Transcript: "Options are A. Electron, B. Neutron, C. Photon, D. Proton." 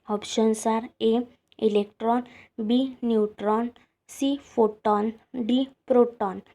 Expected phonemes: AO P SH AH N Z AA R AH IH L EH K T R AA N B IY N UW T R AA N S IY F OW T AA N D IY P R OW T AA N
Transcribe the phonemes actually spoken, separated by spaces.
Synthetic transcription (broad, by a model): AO P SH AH N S AA R AH IH L EH K T R AA N B IY N UW T R AA N S IY F OW T AA N D IY P R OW T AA N